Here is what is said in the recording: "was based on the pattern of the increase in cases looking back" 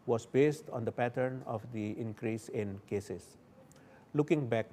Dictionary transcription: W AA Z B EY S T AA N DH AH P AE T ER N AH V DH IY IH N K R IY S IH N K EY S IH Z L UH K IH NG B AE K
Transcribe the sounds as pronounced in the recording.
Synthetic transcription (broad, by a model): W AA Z B EY S T AA N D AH P AE T ER N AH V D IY IH N K R IY S IH N K EY S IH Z L UH K IH NG B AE K